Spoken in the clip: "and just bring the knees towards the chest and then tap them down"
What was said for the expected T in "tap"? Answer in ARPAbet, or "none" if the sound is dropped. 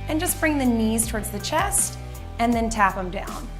T